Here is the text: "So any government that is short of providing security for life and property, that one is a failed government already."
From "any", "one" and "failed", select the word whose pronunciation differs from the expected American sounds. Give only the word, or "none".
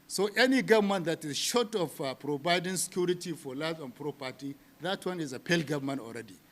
failed